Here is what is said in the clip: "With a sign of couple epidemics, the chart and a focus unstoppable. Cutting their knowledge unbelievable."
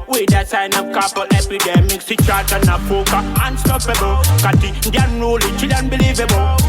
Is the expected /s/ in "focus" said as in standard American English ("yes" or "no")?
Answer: no